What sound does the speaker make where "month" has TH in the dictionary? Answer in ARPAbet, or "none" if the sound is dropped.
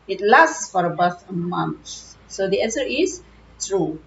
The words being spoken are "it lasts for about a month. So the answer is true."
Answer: S